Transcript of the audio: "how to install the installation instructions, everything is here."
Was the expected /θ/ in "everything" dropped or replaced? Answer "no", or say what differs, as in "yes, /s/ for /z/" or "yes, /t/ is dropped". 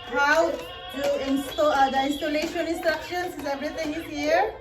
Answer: yes, /t/ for /θ/